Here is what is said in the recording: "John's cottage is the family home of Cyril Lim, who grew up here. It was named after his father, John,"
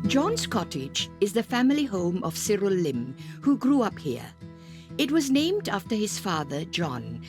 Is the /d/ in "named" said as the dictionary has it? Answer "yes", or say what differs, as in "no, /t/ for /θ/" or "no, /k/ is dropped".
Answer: yes